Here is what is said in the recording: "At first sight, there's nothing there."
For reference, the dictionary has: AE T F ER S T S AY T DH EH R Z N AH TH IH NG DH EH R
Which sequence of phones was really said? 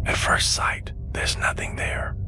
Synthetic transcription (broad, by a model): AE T F ER S T S AY T DH EH R Z N AH TH IH NG DH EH R